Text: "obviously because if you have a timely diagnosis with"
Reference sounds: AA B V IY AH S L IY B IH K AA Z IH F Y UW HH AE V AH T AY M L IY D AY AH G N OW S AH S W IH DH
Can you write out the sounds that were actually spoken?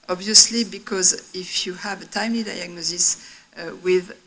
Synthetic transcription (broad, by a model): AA B V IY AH S L IY B IH K AA Z IH F Y UW HH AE V AH T AY M L IY D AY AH G N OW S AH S W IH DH